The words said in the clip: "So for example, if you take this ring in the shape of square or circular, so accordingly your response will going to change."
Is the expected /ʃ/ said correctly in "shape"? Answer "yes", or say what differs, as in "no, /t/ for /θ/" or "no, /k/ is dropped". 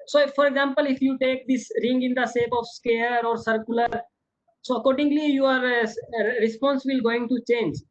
no, /s/ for /ʃ/